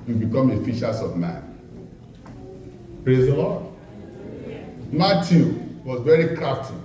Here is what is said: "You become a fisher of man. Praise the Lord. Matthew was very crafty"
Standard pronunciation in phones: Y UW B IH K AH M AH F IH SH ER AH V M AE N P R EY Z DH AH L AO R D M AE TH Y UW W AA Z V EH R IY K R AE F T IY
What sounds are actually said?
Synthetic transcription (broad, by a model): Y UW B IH K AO M AH F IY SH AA AH V M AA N P R EY Z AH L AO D M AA T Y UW W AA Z V EH R IY K R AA F T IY